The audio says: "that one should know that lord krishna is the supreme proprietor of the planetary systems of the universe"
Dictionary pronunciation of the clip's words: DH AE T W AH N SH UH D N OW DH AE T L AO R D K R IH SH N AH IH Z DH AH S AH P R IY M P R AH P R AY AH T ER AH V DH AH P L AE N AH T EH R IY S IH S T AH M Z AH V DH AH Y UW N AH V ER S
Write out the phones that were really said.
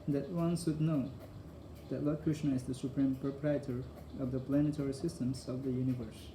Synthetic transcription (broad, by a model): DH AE T W AH N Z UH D N OW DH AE T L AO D K R IH SH N AH IH Z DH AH S AH P R IY M P R AH P R AY AH T ER AH V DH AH P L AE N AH T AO R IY S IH S T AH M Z AH V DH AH Y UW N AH V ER S